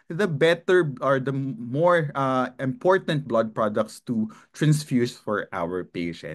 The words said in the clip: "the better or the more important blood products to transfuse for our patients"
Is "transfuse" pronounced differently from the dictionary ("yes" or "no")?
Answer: yes